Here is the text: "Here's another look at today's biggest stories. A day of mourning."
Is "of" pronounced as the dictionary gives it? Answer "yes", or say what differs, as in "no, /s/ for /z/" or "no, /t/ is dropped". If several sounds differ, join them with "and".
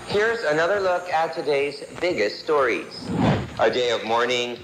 yes